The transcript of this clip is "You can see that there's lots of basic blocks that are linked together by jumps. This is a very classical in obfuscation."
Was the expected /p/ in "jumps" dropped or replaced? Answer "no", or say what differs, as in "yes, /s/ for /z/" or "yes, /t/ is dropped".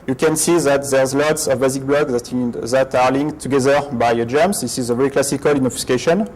yes, /p/ is dropped